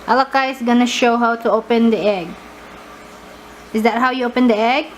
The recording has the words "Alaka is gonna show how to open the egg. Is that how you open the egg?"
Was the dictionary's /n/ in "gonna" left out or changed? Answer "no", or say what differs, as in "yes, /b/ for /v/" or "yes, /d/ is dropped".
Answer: no